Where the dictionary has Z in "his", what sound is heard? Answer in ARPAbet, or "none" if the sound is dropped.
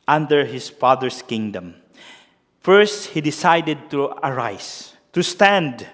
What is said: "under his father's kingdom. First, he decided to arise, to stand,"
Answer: S